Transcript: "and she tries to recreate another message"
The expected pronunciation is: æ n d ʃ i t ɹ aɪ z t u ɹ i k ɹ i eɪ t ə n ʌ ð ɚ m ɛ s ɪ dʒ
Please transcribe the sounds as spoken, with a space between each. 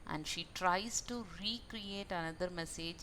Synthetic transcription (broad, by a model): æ n d ʃ i t ɹ aɪ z t u ɹ i k ɹ i eɪ t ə n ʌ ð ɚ m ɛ s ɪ dʒ